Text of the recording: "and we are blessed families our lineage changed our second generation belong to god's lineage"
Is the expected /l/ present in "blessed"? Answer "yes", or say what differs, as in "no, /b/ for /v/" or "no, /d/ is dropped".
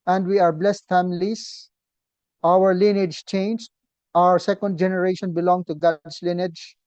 yes